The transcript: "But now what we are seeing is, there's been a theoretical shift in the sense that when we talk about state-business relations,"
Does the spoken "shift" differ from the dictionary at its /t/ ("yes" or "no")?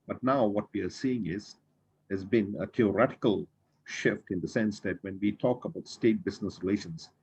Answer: no